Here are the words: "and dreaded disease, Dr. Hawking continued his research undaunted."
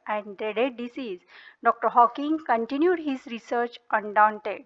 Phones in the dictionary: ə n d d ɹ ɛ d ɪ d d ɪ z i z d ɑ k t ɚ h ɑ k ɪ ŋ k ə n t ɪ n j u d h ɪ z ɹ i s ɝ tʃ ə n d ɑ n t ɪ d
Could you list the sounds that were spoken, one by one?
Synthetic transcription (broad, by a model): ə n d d ɹ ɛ d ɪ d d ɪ s i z d ɑ k t ɚ h ɑ k ɪ ŋ k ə n t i n j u d h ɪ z ɹ i s ɝ tʃ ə n d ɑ n t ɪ d